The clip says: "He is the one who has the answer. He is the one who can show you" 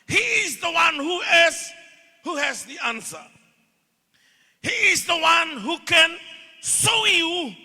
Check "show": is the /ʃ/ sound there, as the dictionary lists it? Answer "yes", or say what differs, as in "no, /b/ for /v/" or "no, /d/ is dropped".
no, /s/ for /ʃ/